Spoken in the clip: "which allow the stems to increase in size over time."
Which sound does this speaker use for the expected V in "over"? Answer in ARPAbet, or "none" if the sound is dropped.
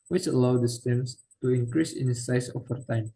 F